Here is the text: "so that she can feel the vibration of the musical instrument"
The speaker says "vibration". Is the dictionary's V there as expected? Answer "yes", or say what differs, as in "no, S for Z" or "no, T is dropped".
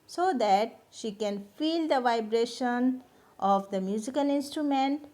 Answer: yes